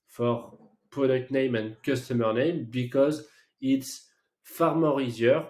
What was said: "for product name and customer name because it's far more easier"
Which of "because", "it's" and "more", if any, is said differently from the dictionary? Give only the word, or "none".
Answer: none